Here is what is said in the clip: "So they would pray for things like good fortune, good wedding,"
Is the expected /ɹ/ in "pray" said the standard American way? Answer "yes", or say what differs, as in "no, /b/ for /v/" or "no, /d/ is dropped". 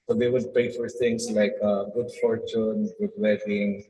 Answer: no, /ɹ/ is dropped